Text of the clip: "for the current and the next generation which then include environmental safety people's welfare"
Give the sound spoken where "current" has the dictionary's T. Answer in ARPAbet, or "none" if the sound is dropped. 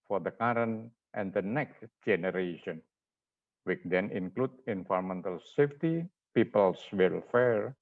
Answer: T